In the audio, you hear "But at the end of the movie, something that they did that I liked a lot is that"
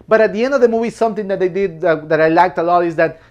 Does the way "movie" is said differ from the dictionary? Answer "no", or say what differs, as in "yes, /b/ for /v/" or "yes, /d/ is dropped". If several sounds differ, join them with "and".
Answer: yes, /w/ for /v/